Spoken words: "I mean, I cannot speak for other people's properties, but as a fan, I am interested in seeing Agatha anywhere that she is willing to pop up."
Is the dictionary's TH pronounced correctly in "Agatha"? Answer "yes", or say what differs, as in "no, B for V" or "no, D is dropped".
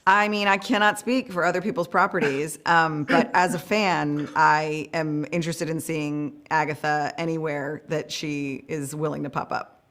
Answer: yes